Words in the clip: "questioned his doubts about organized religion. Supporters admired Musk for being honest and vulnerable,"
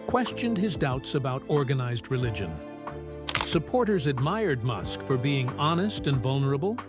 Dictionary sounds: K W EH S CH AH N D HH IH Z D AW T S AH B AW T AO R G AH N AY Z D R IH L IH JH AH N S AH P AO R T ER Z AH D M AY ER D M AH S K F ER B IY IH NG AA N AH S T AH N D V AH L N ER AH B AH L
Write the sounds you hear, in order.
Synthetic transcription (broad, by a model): K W EH S CH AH N D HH IH Z D AW T S AH B AW T AO R G AH N AY Z D R IH L IH JH AH N S AH P AO R T ER Z AH D M AY ER D M AH S K F ER B IY IH NG AA N AH S T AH N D V AH L N ER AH B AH L